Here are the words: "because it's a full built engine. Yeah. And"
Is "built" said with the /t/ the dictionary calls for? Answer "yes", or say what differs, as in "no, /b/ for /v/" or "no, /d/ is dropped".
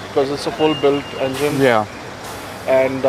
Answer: yes